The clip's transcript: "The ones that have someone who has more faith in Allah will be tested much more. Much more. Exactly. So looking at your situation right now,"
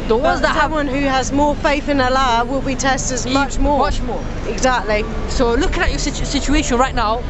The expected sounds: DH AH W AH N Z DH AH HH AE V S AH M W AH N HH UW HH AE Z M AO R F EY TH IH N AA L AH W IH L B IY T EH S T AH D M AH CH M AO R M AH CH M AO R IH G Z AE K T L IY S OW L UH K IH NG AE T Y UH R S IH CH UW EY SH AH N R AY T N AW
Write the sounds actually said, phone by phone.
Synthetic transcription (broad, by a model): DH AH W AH Z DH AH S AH W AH N HH UW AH Z M AO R F EY TH IH N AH L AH W IH L B IY T EH S T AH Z M AH CH M AO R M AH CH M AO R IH G Z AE K T L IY S OW L UH K IH NG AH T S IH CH S IH CH UW EY SH AH N R AY T N AW